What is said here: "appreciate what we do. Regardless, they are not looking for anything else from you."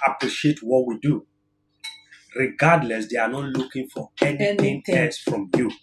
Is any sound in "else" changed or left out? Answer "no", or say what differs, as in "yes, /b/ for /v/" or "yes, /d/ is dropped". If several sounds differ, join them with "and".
yes, /l/ is dropped